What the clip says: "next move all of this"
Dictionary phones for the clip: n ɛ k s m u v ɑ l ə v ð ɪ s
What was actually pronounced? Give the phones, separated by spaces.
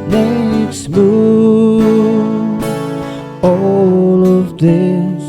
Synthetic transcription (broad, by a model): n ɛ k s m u ɑ l ə v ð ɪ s